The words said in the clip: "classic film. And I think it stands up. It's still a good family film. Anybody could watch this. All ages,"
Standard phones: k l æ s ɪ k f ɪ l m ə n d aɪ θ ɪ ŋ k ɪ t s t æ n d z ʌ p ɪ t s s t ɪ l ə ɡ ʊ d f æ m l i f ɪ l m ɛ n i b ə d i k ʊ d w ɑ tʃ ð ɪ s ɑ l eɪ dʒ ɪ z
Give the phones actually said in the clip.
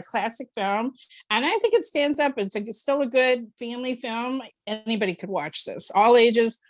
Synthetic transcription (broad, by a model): k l æ s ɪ k f ɪ l m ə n aɪ θ ɪ ŋ k ɪ t s t æ n d z ʌ p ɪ t s s t ɪ l ə ɡ ʊ d f æ m l i f ɪ l m ɛ n i b ə d i k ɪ d w ɑ tʃ ð ɪ s ɑ l eɪ dʒ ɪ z